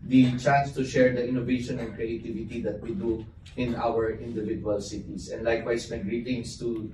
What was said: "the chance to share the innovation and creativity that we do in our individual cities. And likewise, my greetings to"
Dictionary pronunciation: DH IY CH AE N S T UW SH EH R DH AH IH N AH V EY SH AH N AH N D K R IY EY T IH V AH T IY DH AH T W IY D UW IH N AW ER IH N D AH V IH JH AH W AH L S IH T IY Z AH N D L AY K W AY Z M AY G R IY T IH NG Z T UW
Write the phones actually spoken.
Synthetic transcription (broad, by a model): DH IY CH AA N S T UW SH EH R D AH IH N AH V EY SH AH N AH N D K R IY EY T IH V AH T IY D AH T W IY D UW IH N AW ER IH N D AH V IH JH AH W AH L S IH T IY S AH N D L AY K W AY S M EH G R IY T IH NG S T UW